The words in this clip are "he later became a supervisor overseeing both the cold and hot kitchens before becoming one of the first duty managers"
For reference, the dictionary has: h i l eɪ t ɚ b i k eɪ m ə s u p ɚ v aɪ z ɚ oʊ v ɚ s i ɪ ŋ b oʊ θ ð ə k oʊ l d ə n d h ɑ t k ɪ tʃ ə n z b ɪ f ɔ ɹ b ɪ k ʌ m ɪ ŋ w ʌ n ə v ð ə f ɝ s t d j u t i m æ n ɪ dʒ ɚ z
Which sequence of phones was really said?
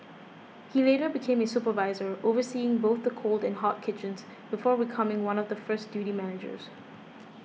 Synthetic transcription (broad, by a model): h i l eɪ t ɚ b i k eɪ m ə s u p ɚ v aɪ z ɚ oʊ v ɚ s i ɪ ŋ b oʊ θ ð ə k oʊ l d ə n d h ɑ t k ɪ tʃ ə n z b ɪ f ɔ ɹ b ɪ k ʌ m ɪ ŋ w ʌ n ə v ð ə f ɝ s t d j u t i m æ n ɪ dʒ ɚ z